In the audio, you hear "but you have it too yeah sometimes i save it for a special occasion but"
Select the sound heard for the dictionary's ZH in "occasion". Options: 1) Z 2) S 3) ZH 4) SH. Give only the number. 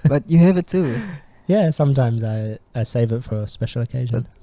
3